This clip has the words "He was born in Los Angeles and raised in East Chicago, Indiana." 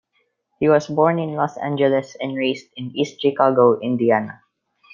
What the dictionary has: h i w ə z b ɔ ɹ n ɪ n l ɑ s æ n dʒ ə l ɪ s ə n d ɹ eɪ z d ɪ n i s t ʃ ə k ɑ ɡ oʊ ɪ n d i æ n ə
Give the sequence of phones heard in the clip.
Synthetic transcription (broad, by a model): h i w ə s b ɔ ɹ n ɪ n l ɑ s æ n dʒ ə l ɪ s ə n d ɹ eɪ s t ɪ n i s t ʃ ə k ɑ ɡ oʊ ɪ n d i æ n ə